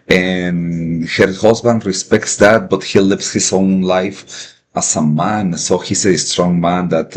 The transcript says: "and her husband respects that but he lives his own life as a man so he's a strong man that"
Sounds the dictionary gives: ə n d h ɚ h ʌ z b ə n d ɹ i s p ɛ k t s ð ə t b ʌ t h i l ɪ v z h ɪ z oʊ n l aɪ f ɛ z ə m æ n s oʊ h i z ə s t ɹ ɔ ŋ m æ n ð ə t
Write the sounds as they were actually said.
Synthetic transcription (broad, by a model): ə n h ɚ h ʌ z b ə n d ɹ i s p ɛ k t s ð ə t b ʌ t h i l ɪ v s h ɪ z oʊ n l aɪ f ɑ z ə m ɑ n s oʊ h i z ə s t ɹ ɔ ŋ m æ n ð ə t